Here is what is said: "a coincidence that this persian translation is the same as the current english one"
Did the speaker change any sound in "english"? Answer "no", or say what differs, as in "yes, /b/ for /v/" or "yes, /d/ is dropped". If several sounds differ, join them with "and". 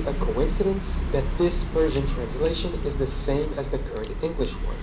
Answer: no